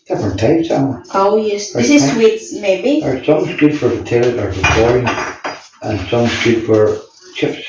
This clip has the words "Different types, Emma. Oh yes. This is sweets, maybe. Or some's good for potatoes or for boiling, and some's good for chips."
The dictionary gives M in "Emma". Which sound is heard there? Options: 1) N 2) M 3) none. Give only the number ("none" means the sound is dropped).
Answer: 3